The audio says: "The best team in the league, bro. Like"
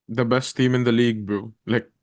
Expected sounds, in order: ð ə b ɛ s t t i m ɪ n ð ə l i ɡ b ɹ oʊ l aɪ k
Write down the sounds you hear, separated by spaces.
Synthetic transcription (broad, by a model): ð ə b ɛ s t t i m ɪ n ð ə l i ɡ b oʊ l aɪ k